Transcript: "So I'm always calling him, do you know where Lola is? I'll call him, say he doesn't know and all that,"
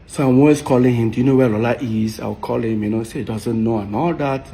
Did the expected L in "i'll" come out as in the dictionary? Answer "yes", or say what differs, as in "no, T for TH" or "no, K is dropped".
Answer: no, W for L